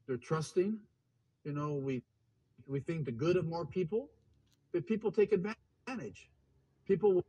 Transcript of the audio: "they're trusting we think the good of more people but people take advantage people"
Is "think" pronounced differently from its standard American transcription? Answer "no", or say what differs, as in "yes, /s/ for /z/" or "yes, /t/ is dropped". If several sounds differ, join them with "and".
no